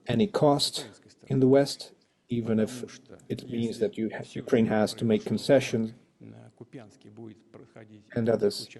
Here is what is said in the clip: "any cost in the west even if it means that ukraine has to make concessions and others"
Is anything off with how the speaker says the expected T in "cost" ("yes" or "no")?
no